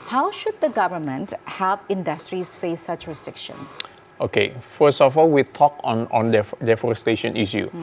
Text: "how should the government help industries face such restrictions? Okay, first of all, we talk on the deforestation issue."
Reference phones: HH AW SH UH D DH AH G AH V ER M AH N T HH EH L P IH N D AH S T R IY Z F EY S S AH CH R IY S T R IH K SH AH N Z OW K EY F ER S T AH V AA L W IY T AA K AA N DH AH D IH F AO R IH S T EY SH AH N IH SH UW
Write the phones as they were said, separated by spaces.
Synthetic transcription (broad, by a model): HH AW SH UH D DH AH G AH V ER M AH N T HH EH L P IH N D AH S T R IY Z F EY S S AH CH R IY S T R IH K SH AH N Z OW K EY F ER S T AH F AA L W IY T AA K AA N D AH D IH F AO R IH S T EY SH AH N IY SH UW